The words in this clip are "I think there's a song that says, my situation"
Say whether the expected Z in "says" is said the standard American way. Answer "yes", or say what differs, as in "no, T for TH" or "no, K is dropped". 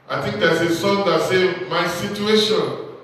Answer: no, Z is dropped